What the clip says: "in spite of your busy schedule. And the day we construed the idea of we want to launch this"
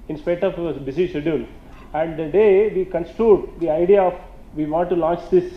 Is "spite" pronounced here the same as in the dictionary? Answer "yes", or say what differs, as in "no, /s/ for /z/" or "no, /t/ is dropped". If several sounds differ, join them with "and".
no, /t/ is dropped